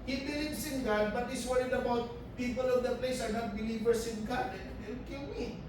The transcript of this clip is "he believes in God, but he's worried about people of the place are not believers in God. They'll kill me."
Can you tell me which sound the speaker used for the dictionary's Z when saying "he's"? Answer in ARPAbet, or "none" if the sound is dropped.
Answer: S